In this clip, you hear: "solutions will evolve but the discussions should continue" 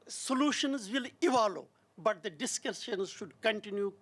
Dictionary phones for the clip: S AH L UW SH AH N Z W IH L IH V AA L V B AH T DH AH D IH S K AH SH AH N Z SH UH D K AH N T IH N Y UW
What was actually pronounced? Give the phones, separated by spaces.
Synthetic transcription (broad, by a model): S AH L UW SH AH N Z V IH L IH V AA L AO B AH T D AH D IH S K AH S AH N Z SH UH D K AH N T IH N Y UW